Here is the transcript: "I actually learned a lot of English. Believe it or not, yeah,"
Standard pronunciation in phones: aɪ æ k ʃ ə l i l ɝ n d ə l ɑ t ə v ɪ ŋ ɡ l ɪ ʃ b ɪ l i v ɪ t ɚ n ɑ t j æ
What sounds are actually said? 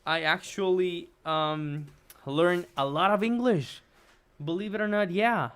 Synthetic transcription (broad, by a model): aɪ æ k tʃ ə l i l ɝ n ə l ɑ t ə v ɪ ŋ ɡ l ɪ ʃ b ɪ l i v ɪ t ɚ n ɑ t j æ